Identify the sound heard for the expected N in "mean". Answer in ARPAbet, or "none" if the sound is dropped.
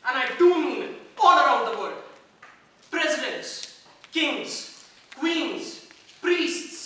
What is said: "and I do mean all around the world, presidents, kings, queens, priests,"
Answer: none